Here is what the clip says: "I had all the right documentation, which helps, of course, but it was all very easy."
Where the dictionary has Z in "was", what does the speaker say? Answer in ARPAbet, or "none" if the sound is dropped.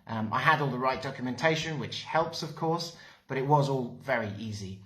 Z